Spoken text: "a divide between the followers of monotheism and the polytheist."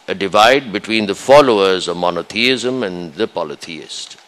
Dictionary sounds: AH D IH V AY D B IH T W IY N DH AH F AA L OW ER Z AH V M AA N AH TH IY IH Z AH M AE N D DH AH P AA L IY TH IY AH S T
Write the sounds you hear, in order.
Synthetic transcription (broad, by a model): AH D IH V AY D B IH T W IY N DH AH F AA L OW ER Z AH V M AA N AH T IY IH Z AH M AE N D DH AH P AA L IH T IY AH S T